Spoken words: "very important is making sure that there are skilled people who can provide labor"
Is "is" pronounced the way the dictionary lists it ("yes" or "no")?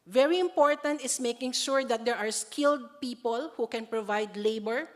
no